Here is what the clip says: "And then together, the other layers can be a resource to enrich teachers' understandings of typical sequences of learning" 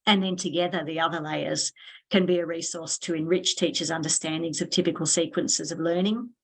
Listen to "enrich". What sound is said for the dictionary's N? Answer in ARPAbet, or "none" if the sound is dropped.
N